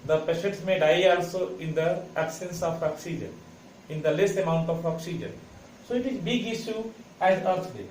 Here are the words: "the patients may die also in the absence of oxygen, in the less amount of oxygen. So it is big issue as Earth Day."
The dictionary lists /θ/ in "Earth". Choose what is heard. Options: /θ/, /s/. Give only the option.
/s/